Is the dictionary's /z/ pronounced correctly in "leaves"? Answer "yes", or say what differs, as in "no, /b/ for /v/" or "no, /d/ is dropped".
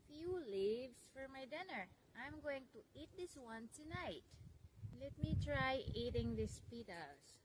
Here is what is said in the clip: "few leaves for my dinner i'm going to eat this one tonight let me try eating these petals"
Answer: no, /s/ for /z/